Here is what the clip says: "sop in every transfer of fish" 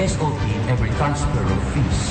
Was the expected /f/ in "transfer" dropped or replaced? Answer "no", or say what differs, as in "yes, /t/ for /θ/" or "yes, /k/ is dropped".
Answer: yes, /p/ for /f/